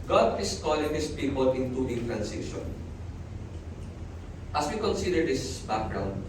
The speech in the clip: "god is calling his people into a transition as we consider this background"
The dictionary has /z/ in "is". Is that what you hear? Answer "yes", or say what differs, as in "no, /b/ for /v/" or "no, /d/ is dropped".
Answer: no, /s/ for /z/